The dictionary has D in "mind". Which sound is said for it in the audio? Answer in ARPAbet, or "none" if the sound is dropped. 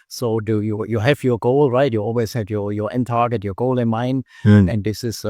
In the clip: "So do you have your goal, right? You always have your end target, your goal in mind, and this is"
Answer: none